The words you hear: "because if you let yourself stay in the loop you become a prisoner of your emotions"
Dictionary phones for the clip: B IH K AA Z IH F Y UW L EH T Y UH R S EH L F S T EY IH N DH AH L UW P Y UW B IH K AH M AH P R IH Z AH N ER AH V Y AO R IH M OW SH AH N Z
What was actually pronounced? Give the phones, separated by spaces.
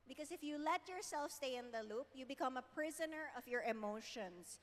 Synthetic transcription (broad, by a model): B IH K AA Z IH F Y UW L EH T Y UH R S EH L F S T EY IH N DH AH L UW P Y UW B IH K AH M AH P R IH Z AH N ER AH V Y AO R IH M OW SH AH N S